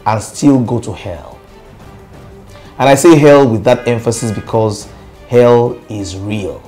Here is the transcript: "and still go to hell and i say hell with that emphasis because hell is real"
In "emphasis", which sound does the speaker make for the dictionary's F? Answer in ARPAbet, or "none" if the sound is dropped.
F